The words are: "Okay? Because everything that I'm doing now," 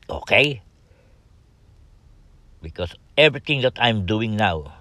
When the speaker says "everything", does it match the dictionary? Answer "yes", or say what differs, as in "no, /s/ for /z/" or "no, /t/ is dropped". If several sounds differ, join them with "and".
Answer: no, /t/ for /θ/